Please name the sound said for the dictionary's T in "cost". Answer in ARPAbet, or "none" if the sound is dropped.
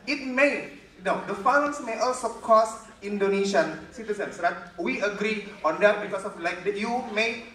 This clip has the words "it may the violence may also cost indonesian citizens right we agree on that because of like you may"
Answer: none